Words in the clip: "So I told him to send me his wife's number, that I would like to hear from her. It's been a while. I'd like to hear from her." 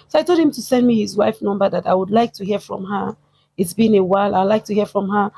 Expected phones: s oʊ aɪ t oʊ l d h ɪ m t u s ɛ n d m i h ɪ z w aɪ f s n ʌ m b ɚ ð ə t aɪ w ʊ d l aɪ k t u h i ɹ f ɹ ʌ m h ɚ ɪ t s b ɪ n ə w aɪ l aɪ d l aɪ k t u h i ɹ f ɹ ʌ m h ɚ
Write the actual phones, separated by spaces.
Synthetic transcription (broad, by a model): s oʊ aɪ t oʊ l d h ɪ m t u s ɛ n d m i h ɪ z w aɪ f n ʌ m b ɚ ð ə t aɪ w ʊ d l aɪ k t u h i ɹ f ɹ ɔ m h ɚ ɪ t s b ɪ n ə w aɪ l aɪ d l aɪ k t u h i f ɹ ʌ m h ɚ